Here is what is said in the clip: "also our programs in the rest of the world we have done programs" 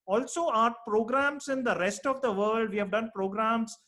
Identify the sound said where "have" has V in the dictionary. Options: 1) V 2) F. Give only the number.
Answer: 1